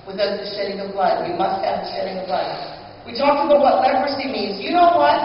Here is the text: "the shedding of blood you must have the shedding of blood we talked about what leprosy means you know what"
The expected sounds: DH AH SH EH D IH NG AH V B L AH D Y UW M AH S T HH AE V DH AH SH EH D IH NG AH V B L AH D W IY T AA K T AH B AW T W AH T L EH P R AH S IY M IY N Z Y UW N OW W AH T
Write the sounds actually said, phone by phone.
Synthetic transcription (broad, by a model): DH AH SH EH D IH NG AH V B L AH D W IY M AH S T HH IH V DH AH SH EH D IH NG AH V B L AH D W IY T AA K T AH B AW T W AH T L EH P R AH S IY M IY N Z Y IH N OW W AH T